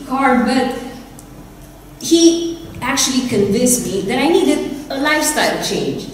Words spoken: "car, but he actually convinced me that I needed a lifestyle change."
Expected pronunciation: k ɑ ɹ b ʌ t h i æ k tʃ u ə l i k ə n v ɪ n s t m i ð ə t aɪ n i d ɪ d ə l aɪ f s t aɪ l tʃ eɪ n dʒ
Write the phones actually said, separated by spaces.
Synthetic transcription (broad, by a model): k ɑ ɹ b ʌ t h i æ k tʃ u ə l i k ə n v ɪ n s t m i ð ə t aɪ n i d ɪ d ə l aɪ f s t aɪ l tʃ eɪ n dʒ